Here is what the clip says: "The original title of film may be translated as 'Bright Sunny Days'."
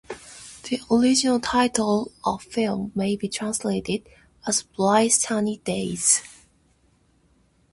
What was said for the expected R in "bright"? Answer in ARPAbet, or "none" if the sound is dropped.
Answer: L